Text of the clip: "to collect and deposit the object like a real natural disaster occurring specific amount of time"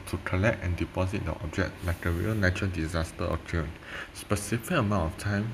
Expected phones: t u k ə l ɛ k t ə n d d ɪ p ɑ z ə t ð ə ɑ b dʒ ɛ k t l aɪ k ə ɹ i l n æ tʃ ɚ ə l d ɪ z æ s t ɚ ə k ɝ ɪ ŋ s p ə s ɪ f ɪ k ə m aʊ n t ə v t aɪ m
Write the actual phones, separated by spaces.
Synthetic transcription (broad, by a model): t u k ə l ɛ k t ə n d d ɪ p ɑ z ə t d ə ɑ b dʒ ɛ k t l aɪ k ə ɹ i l n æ tʃ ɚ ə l d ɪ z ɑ s t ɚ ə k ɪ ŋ s p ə s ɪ f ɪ k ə m aʊ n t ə f t aɪ m